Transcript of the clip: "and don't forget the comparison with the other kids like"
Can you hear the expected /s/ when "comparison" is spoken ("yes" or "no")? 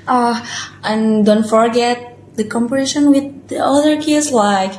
no